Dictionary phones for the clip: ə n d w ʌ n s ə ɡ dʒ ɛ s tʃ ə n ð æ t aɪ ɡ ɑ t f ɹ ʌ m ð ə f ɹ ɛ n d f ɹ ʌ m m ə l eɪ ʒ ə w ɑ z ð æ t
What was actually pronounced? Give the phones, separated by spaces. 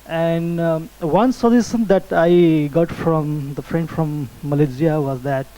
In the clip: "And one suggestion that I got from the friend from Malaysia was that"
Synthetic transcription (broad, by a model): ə n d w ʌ n s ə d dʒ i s ə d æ t aɪ ɡ ɑ t f ɹ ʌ m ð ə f ɹ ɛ n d f ɹ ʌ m m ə l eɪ z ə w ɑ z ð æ t